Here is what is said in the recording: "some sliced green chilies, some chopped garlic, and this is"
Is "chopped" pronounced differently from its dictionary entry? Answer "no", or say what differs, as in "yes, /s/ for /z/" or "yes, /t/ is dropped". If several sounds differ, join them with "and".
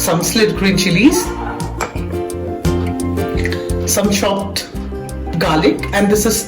yes, /ʃ/ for /tʃ/